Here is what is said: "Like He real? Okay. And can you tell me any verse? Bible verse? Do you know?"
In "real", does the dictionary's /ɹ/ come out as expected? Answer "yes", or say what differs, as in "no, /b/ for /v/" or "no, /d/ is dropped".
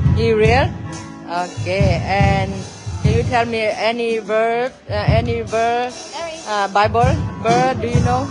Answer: yes